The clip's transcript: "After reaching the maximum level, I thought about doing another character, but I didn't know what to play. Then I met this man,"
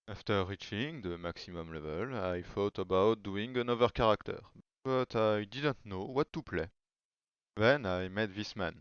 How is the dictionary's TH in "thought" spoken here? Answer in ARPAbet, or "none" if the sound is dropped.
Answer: F